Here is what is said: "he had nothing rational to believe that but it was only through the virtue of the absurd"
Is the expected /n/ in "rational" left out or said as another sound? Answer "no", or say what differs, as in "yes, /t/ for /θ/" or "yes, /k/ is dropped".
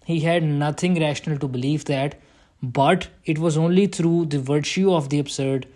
no